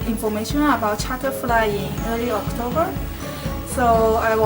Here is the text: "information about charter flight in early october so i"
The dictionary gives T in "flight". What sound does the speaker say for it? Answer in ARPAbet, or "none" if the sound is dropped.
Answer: none